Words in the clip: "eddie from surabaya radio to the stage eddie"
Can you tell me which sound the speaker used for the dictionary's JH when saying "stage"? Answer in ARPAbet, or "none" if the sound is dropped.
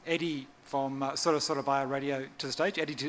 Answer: JH